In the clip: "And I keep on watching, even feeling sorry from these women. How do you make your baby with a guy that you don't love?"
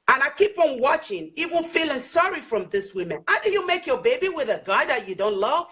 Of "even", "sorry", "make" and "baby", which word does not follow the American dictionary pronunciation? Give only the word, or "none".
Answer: even